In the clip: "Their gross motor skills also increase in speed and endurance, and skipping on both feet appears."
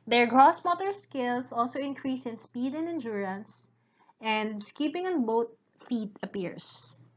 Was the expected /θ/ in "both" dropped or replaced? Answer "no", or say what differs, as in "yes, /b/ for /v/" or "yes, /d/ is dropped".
yes, /t/ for /θ/